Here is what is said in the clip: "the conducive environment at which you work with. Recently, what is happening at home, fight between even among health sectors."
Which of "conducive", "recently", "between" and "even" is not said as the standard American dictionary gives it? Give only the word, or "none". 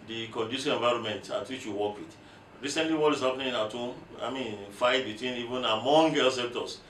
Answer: conducive